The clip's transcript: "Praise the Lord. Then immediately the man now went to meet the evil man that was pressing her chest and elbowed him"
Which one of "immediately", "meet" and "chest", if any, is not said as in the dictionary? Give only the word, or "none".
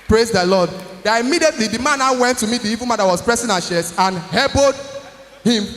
chest